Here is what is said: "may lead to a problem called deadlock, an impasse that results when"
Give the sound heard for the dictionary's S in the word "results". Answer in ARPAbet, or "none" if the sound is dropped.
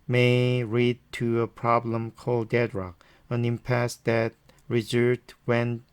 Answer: none